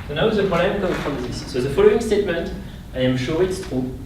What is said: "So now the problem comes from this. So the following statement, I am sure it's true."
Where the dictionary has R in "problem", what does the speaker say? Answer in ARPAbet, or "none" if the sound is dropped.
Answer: none